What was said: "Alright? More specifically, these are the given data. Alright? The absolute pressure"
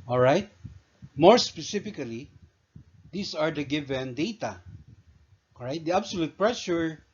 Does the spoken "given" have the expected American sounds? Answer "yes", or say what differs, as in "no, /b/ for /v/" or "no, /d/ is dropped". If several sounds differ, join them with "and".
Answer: yes